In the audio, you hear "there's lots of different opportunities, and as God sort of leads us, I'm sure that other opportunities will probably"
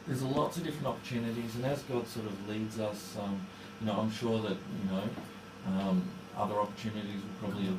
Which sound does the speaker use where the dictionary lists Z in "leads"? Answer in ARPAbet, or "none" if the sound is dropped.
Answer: Z